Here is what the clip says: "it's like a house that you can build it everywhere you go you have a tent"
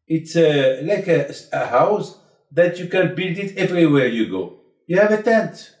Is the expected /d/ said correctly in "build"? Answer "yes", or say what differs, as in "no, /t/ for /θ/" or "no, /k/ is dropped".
yes